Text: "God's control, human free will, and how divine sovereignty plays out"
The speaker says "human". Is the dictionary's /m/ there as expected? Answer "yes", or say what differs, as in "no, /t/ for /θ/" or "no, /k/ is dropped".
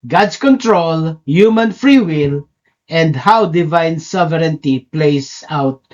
yes